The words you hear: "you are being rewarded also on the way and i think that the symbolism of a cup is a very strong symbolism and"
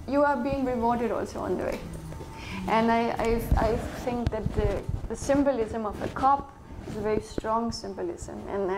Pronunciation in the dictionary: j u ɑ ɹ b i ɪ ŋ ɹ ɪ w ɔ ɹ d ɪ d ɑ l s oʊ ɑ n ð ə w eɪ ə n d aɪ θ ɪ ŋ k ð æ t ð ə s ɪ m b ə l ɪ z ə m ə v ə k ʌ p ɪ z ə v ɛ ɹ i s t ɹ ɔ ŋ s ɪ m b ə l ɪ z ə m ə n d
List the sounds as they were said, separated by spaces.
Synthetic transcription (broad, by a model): j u ɑ ɹ b i ɪ ŋ ɹ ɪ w ɔ ɹ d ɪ d ɑ l s oʊ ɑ n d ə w eɪ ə n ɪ aɪ t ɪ ŋ k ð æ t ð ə s ɪ m b ə l ɪ z ə m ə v ə k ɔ p ɪ z ə v ɛ ɹ i s t ɹ ɔ ŋ s ɪ m b ə l ɪ z ə m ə n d